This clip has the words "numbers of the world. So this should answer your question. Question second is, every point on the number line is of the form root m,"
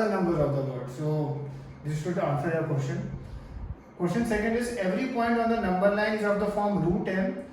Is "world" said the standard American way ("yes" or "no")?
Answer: no